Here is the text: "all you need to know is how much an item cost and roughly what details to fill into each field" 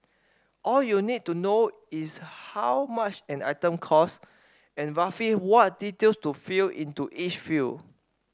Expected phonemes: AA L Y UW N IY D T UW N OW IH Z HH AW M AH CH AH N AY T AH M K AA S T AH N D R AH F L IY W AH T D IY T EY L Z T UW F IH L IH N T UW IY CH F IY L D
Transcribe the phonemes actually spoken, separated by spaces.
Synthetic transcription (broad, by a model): AA L Y UW N IY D T UW N OW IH S HH AW M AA CH AH N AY T AH M K AA S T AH N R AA F IY W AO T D IY T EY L S T UW F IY L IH N T UW IY CH F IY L